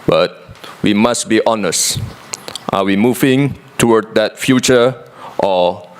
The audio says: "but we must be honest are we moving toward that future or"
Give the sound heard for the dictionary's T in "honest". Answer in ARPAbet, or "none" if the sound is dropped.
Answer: T